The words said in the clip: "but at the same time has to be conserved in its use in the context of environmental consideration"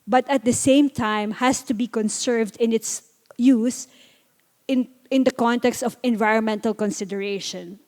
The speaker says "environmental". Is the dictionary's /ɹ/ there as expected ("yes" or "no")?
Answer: yes